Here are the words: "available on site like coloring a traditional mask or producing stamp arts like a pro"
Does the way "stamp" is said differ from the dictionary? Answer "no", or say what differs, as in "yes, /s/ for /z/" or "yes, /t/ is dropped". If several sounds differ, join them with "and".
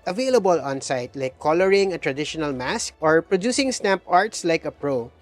no